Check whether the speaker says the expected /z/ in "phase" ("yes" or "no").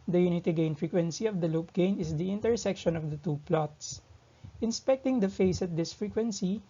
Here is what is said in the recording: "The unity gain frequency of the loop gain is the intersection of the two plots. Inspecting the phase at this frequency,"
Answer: no